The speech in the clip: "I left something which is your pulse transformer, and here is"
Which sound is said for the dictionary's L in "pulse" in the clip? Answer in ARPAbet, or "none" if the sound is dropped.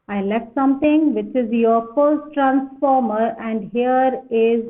none